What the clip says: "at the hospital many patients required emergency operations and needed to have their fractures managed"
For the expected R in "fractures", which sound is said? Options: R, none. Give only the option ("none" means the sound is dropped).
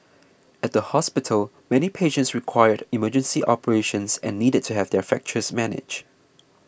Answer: none